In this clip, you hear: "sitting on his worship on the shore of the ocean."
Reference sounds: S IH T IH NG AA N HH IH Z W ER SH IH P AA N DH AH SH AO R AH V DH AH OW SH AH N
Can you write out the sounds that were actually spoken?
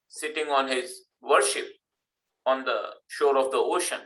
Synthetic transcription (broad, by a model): S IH T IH NG AA N HH IH Z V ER SH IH P AA N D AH SH AO R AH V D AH OW SH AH N